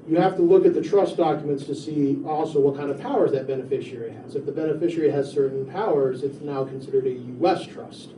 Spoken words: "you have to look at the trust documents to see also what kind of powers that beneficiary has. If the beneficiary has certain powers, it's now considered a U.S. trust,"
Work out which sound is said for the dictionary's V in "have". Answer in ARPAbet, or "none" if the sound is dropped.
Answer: F